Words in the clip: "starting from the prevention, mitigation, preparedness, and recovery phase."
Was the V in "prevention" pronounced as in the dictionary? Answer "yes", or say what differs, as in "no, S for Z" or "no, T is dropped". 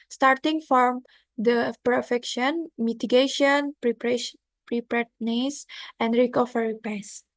no, F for V